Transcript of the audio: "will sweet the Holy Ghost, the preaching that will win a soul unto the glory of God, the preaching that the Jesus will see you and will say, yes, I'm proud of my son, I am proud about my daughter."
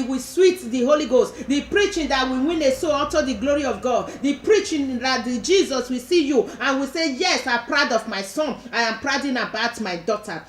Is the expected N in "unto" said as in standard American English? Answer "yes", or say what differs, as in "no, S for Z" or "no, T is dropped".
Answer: no, N is dropped